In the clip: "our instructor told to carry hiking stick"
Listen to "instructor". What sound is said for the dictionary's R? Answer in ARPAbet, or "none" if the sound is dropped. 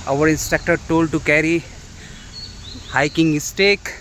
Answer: none